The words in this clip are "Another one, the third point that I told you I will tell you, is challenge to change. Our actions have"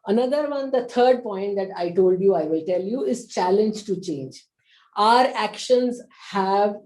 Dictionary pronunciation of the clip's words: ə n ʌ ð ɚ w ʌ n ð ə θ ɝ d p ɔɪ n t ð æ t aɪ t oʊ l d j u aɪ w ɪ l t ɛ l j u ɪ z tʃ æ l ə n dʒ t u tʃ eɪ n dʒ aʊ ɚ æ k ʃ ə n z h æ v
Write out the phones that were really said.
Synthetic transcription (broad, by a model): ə n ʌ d ɚ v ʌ n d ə t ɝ d p ɔɪ n t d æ t aɪ t oʊ l d j u aɪ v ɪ l t ɛ l j u ɪ z tʃ æ l ə n dʒ t u tʃ eɪ n dʒ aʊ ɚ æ k ʃ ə n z h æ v